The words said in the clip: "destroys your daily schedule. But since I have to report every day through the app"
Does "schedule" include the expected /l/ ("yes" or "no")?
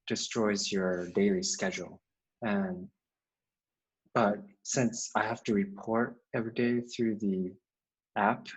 no